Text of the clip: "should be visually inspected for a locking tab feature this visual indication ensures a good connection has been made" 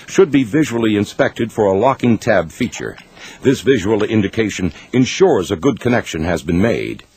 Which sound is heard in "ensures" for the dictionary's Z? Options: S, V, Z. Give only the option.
Z